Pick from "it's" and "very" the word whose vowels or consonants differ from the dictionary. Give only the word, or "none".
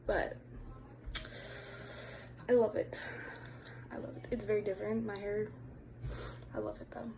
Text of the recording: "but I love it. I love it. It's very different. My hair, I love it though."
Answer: none